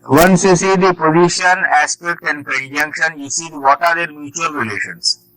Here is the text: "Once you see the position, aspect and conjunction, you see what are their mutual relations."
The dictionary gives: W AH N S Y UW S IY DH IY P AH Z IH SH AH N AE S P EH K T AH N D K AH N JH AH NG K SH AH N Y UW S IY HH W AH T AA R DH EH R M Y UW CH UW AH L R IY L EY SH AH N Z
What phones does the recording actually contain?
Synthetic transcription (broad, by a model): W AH N S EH S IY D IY P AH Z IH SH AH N AE S P EH K T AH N D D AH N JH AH NG K SH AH N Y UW S IY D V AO T AA R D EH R M Y UW CH UW AH L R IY L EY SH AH N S